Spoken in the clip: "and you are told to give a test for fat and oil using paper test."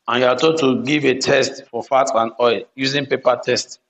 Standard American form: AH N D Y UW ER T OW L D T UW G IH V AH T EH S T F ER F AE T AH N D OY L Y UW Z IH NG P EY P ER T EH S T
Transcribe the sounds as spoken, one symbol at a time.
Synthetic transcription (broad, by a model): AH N Y UW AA T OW D T UW G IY V AH T EH S T F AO F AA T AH N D OY L Y UW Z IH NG P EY P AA T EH S T